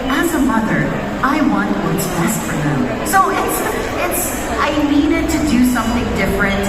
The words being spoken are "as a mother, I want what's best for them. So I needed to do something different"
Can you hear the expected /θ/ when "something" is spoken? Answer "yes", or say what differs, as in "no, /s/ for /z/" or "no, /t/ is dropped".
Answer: yes